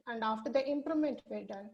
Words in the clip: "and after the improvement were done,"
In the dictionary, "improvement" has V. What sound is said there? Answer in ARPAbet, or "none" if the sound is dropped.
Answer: none